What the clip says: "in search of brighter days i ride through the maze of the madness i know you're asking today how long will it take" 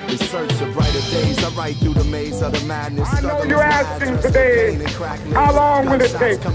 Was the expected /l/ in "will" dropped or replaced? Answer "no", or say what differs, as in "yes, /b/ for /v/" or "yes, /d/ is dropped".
yes, /n/ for /l/